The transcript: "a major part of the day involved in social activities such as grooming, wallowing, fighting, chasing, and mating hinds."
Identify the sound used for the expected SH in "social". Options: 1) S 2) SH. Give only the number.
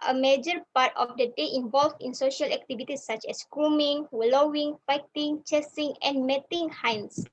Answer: 2